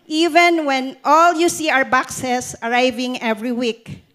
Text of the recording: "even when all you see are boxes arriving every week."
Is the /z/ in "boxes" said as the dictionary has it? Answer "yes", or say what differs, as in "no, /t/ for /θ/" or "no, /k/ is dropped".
no, /s/ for /z/